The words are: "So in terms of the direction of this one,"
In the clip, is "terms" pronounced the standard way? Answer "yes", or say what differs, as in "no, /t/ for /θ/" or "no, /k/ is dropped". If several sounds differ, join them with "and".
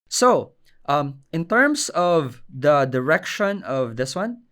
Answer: no, /s/ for /z/